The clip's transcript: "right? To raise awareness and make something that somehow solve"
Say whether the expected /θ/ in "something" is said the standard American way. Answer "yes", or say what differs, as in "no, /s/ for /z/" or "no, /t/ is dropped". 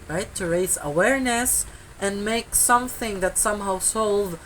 yes